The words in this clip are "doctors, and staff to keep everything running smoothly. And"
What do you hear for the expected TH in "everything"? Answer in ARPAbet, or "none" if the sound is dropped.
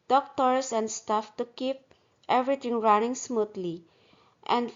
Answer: T